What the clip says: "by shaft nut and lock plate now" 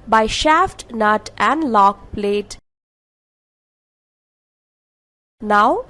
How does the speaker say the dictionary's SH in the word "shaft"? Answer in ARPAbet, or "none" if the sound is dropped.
SH